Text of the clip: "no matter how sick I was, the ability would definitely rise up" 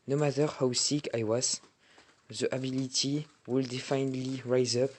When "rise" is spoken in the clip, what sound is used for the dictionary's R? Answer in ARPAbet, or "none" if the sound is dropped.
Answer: R